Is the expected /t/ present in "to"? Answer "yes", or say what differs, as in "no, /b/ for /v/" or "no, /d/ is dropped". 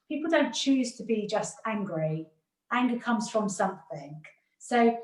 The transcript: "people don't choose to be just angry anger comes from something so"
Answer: yes